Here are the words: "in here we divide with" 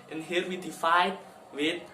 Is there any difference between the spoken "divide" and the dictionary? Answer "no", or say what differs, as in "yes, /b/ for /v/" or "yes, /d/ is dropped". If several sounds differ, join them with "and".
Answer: yes, /f/ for /v/